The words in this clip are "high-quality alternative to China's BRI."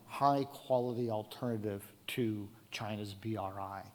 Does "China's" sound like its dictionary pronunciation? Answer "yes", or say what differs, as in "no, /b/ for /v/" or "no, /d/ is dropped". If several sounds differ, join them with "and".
yes